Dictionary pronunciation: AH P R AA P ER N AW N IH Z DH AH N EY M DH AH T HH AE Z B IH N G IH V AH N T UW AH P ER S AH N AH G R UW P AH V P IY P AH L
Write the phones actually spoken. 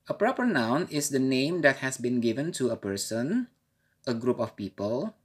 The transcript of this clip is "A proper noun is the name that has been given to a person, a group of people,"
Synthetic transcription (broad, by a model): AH P R AA P ER N AW N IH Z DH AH N EY M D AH T HH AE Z B IH N G IH V AH N T UW AH P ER S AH N AH G R UW P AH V P IY P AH L